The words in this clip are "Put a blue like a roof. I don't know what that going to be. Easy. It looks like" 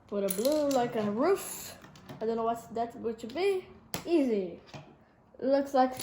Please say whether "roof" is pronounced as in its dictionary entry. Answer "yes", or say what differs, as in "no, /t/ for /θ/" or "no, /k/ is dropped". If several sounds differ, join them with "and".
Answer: yes